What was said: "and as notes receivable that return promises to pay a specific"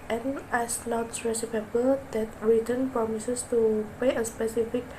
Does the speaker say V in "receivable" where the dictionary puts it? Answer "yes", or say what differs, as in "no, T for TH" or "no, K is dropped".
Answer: no, P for V